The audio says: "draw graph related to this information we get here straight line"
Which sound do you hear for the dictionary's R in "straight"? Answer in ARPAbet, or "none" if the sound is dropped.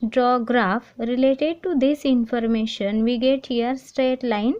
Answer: R